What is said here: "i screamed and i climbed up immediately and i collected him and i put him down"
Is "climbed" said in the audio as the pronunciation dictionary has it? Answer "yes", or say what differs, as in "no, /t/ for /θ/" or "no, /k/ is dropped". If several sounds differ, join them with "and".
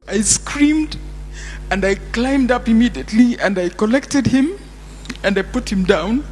yes